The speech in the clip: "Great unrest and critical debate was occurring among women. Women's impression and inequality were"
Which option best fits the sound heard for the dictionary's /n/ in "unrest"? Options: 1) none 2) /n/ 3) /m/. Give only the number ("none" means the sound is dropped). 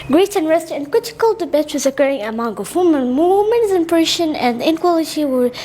2